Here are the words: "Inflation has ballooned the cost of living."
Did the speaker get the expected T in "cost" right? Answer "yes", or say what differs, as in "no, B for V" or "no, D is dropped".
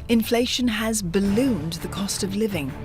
yes